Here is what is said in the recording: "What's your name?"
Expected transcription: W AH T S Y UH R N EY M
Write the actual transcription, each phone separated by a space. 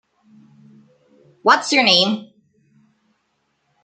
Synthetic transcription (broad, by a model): W AH T S Y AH R N EY M